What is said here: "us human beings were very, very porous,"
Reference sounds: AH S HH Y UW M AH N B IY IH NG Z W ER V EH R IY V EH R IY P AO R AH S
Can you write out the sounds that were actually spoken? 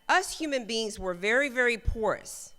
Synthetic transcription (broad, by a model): AH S HH Y UW M AH N B IY IH NG Z W ER V EH R IY V EH R IY P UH R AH S